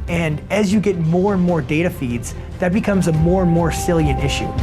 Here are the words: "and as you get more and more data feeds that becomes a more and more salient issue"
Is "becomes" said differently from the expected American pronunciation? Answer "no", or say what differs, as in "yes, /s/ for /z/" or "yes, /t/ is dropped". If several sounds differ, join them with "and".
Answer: no